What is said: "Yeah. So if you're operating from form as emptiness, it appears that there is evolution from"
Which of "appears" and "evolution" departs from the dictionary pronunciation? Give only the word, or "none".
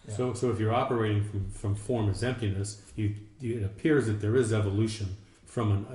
none